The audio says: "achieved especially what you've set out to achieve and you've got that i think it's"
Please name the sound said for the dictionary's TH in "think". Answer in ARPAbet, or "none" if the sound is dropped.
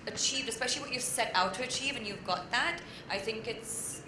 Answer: TH